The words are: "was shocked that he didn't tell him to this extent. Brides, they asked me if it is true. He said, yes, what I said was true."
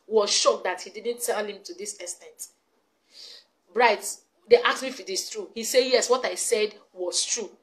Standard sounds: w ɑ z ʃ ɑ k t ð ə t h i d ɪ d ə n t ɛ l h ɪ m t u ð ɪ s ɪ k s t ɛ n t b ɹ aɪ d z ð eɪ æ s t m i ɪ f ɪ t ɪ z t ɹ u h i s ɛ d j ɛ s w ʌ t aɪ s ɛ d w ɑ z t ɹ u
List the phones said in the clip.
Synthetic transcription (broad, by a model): w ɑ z ʃ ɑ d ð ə t h i d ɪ d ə n t ɛ l h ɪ m t u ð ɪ s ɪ s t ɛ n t b ɹ aɪ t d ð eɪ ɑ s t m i ɪ f ɪ t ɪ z t ɹ u h i s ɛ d j ɛ s w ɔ t aɪ s ɛ d w ɑ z t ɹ u